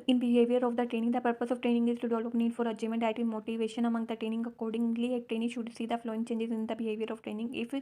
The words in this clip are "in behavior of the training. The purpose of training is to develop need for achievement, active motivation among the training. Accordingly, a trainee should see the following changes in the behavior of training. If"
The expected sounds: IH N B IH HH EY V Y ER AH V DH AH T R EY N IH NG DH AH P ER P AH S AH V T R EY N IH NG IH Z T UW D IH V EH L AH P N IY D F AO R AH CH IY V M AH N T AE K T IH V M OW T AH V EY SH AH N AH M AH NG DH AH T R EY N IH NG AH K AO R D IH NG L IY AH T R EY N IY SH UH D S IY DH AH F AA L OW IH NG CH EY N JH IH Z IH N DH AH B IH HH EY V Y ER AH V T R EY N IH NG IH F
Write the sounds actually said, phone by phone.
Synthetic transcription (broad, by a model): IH N B IH HH EY V Y ER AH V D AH T R EY N IH NG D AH P ER P AH S AH V T R EY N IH NG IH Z T UW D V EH L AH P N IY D F AO R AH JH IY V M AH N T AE T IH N M OW T AH V EY SH AH N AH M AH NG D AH T R EY N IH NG AH K AO R D IH NG L IY AH T R EY N IY SH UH D S IY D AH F L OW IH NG CH EY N JH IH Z IH N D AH B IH HH EY V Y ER AH V T R EY N IH NG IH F